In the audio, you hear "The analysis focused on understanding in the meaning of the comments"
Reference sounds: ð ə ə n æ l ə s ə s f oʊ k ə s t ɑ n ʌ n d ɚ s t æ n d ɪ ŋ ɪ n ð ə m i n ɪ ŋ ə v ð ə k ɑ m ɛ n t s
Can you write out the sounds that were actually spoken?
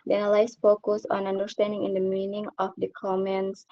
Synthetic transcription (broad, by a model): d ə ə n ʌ l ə ə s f oʊ k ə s ɑ n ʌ n d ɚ s t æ n d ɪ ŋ ɪ n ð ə m i n ɪ ŋ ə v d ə k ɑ m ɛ n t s